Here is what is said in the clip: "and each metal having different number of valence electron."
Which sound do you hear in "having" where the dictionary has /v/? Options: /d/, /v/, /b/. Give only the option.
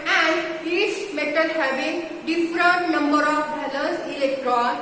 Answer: /b/